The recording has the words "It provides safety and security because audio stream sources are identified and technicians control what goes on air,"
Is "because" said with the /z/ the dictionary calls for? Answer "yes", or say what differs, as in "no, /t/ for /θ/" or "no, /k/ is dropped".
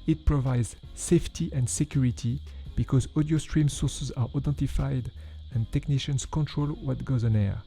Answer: yes